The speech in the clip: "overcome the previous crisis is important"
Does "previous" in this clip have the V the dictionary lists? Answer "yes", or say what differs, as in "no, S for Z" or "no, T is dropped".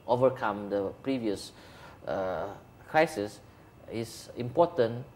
yes